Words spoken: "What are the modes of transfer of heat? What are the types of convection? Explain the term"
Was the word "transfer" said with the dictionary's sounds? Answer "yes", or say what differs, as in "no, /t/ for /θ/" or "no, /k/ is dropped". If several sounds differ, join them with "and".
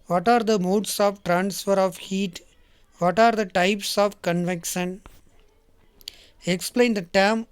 yes